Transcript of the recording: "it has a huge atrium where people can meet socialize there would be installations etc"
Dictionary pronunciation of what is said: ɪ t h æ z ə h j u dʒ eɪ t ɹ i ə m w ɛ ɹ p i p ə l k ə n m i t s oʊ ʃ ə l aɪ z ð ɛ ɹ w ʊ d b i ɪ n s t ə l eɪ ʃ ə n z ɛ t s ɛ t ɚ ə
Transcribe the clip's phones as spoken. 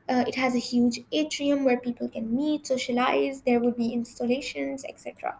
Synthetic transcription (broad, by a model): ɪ t h æ z ə h j u dʒ eɪ t ɹ i ə m w ɛ ɹ p i p ə l k ə n m i t s oʊ ʃ ə l aɪ z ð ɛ ɹ w ʊ d b i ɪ n s t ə l eɪ ʃ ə n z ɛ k s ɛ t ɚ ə